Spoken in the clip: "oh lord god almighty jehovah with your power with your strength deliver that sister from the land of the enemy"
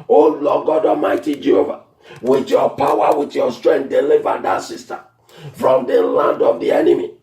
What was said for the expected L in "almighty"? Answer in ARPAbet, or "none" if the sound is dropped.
none